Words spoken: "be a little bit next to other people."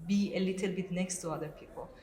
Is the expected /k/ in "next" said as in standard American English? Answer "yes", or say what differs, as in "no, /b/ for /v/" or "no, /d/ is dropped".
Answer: yes